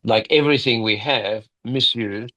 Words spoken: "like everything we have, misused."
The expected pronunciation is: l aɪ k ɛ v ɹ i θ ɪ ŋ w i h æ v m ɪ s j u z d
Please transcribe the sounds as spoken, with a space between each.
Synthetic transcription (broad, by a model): l aɪ k ɛ v ɹ i θ ɪ ŋ w i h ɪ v m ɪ s j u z